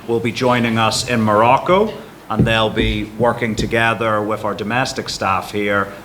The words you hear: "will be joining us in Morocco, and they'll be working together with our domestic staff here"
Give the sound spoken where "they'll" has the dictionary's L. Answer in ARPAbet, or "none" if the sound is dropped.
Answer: L